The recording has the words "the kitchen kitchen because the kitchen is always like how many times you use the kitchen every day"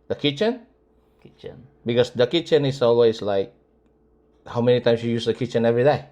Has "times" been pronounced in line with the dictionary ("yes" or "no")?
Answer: no